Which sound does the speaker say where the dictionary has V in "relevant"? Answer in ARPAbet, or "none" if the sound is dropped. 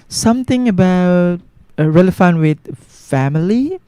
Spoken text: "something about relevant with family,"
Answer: F